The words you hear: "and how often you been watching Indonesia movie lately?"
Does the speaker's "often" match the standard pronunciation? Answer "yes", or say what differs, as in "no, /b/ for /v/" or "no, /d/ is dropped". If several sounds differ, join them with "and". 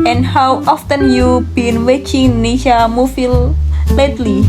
yes